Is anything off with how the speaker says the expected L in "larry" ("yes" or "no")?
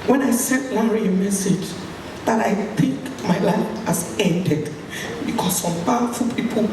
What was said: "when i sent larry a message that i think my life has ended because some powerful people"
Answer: yes